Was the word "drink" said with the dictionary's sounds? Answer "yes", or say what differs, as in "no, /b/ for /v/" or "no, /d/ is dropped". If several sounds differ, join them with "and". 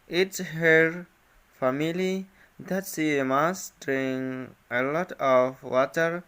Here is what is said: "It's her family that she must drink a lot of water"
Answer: no, /k/ is dropped